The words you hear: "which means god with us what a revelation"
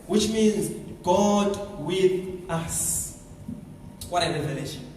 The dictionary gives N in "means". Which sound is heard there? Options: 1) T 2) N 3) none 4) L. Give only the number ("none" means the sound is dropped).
2